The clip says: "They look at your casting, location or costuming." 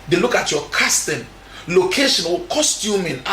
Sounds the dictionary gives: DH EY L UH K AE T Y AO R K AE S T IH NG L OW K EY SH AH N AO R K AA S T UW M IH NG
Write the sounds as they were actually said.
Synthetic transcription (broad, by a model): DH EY L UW K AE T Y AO K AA S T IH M L OW K EY SH AH N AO L K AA S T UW M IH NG